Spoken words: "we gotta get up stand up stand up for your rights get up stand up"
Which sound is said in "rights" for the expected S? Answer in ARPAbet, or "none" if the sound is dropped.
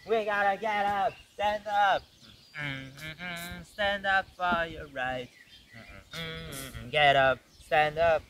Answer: none